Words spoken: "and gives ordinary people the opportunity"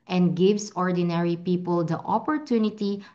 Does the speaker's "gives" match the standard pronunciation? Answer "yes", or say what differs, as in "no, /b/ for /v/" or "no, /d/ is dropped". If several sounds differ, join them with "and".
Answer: no, /s/ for /z/